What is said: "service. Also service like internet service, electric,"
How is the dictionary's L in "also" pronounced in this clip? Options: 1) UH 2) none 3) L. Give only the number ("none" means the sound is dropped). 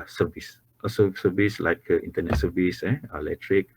2